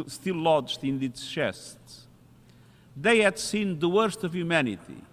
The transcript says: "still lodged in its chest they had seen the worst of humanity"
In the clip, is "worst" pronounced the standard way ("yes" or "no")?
yes